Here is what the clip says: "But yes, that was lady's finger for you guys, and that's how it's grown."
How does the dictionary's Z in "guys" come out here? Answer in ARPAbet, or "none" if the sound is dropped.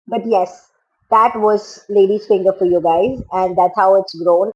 Z